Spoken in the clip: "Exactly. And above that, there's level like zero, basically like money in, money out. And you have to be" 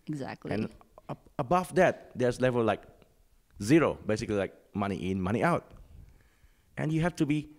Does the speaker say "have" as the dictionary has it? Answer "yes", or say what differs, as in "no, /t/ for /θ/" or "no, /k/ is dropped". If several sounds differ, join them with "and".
no, /f/ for /v/